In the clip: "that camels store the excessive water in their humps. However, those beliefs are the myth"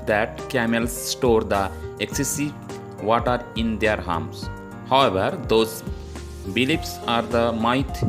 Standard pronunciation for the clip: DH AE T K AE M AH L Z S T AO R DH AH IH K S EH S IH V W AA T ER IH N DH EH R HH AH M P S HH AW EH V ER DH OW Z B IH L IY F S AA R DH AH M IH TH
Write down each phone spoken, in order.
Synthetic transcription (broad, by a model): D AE T K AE M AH L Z S T AO R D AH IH K S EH S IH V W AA T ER IH N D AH R HH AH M S HH AW EH V ER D OW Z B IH L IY P S AA R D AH M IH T